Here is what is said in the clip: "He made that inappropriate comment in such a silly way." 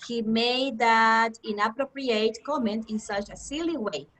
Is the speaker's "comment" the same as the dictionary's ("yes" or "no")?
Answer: yes